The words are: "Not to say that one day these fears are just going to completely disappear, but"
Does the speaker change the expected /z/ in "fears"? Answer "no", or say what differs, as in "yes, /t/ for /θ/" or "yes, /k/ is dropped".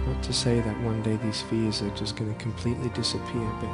no